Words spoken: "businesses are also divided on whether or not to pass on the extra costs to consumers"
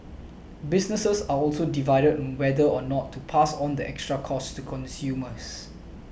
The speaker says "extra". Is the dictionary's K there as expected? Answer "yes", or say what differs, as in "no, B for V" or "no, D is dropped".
yes